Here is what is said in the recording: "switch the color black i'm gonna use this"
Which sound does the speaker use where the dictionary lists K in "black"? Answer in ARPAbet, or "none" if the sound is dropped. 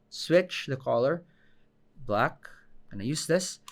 K